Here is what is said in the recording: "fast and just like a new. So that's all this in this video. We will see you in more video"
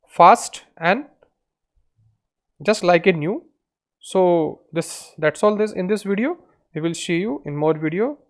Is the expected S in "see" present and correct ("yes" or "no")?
no